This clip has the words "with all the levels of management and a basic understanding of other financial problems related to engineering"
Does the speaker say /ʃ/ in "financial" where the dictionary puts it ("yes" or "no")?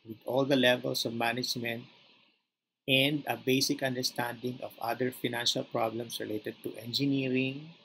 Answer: yes